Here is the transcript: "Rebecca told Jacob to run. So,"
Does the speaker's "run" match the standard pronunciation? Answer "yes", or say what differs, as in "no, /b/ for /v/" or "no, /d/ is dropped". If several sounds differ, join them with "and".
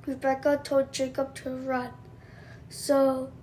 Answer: yes